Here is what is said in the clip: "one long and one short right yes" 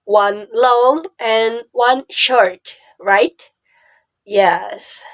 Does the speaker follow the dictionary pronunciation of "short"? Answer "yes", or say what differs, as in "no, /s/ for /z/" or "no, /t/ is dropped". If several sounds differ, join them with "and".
yes